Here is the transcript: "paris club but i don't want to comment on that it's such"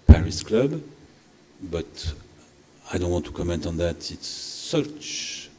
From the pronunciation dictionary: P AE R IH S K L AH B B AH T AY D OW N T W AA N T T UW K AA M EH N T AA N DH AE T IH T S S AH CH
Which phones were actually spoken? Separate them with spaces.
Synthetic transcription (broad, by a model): P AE R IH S K L AH B B AH T AY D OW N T W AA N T T UW K AA M EH N T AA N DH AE T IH T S S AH CH